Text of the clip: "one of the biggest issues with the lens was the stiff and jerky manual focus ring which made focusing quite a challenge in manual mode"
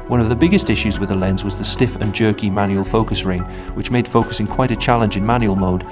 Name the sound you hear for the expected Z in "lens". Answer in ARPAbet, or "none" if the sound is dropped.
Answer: Z